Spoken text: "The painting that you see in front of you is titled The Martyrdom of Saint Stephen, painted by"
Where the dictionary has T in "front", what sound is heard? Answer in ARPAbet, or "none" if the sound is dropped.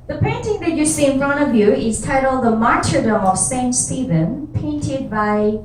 none